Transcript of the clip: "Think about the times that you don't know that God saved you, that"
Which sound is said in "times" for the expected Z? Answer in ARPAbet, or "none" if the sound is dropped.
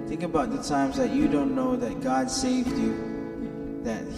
Z